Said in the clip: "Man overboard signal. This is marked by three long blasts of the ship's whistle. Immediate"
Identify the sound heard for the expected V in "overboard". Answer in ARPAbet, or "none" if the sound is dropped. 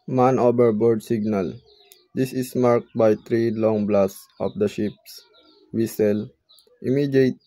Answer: B